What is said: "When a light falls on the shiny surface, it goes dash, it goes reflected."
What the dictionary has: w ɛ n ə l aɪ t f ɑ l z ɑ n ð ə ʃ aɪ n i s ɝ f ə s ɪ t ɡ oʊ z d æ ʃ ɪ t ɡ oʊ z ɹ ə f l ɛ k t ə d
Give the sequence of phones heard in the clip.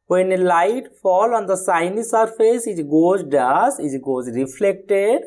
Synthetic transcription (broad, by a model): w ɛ n ə l aɪ t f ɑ l ɑ n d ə s aɪ n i s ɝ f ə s ɪ t ɡ oʊ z d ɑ s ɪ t ɡ oʊ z ɹ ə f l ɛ k t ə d